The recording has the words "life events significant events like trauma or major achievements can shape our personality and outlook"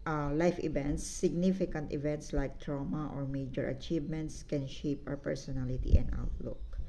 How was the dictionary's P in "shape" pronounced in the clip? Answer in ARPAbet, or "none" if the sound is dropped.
P